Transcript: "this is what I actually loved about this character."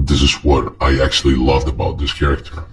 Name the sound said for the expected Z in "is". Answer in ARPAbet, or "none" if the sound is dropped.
Z